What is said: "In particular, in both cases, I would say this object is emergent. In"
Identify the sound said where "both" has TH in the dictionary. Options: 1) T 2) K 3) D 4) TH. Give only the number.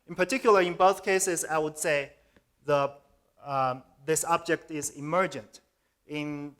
4